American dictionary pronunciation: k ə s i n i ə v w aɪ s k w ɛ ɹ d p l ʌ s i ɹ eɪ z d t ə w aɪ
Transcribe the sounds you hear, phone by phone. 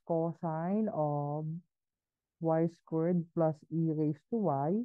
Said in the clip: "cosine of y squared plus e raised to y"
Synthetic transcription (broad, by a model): k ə s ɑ n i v w aɪ s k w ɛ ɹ d p l ʌ s i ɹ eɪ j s t ə w aɪ